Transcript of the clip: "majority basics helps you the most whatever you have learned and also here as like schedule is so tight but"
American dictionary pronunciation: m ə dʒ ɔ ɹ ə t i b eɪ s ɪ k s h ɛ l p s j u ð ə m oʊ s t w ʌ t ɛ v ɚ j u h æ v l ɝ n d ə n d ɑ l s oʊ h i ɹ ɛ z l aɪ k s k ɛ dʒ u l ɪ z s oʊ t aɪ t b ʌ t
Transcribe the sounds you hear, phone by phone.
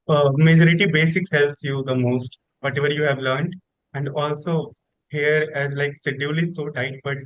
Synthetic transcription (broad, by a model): m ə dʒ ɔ ɹ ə t i b eɪ s ɪ k s h ɛ l p s j u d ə m oʊ s t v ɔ t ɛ v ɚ j u h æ v l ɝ n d ə n d ɑ l s oʊ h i ɹ ɛ z l aɪ k s ɛ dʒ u l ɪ s oʊ t aɪ t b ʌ t